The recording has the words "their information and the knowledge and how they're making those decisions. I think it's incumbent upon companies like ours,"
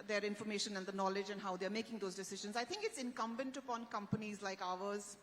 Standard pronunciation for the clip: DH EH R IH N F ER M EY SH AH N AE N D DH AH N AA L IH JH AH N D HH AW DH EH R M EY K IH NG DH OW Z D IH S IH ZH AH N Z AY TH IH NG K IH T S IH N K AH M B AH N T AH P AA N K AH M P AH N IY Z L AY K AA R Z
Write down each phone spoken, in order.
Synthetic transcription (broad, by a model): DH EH R IH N F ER M EY SH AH N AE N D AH N AA L IH JH AH N D HH AW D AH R M EY K IH NG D OW Z D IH S IH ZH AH N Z AY T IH NG K IH T S IH N K AH M B AH N T AH P AA N K AH M P AH N IY Z L AY K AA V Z